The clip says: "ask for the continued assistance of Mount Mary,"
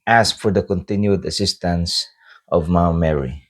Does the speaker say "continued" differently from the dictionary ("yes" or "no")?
no